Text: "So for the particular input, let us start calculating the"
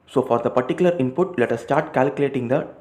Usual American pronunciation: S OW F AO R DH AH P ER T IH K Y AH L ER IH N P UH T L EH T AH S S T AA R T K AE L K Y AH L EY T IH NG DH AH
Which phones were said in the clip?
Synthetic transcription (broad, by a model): S OW F AO R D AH P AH T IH K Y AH L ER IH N P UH T L EH T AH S S T AA R T K AE L K Y AH L EY T IH NG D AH